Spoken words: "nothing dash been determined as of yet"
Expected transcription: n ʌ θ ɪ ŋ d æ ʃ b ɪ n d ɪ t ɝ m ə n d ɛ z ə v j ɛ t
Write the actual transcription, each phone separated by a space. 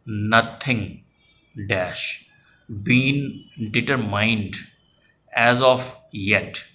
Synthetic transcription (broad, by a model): n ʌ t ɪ ŋ d æ ʃ b ɪ n d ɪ t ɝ m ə n d ɛ z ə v j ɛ t